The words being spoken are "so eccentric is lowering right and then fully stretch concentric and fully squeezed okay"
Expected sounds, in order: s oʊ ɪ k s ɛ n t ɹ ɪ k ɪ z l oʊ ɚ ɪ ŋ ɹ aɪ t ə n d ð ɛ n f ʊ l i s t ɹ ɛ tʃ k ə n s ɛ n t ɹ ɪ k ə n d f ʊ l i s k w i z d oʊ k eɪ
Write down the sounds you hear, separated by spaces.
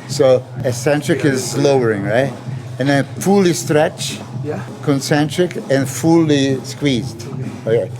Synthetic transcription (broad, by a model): s oʊ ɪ s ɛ n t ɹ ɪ k ɪ z l oʊ ɚ ɪ ŋ ɹ aɪ t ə n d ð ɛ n f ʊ l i s t ɹ ɛ tʃ k ə n s ɛ n t ɹ ɪ k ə n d f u l i s k w i z d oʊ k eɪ